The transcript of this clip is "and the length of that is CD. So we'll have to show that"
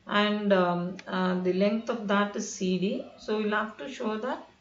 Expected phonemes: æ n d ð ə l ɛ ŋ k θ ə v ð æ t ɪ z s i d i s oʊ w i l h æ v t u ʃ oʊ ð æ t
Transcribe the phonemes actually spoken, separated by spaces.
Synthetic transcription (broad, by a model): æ n d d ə l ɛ ŋ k t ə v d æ t ɪ z s i d i s oʊ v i l h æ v t u ʃ oʊ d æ t